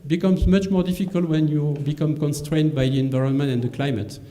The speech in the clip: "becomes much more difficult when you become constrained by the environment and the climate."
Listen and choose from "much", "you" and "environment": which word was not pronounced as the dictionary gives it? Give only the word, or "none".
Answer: none